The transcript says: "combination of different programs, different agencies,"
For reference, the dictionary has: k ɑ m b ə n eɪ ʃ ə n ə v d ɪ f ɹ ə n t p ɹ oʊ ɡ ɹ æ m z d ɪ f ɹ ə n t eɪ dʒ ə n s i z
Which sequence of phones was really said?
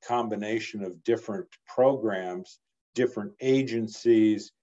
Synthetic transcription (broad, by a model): k ɑ m b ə n eɪ ʃ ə n ə v d ɪ f ɹ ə n p ɹ oʊ ɡ ɹ æ m z d ɪ f ɹ ə n t eɪ dʒ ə n s i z